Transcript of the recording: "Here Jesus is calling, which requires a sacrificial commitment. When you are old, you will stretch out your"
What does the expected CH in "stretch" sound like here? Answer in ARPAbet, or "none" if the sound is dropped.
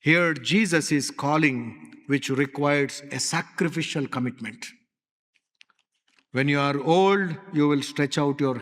CH